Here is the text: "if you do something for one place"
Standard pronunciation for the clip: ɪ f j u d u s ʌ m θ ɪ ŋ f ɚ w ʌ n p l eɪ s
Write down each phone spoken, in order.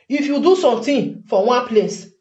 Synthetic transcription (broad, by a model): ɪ f j u d u s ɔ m t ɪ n f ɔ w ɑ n p l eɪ s